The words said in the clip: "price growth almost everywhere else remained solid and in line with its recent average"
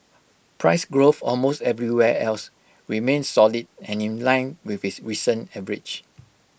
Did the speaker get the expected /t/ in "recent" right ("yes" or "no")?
no